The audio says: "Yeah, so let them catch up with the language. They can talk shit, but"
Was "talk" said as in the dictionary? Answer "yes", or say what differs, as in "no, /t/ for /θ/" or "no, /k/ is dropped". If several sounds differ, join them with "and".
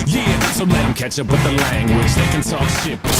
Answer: no, /s/ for /t/